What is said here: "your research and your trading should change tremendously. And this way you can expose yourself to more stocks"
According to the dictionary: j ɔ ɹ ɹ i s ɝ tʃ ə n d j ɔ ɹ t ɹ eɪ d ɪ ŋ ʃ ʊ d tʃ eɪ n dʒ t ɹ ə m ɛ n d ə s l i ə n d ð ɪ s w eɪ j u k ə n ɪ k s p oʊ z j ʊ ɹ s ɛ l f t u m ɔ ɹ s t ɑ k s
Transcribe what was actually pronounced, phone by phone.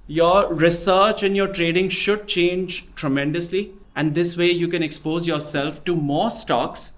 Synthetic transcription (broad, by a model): j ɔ ɹ ɹ i s ɝ tʃ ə n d j ɔ ɹ t ɹ eɪ d ɪ ŋ ʃ ʊ d tʃ eɪ n dʒ t ɹ ə m ɛ n d ə s l i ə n d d ɪ s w eɪ j u k ə n ɪ k s p oʊ z j ʊ ɹ s ɛ l f t u m ɔ ɹ s t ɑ k s